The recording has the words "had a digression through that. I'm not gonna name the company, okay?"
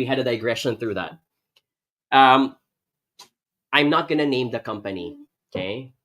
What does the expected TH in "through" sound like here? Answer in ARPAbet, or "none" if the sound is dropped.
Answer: TH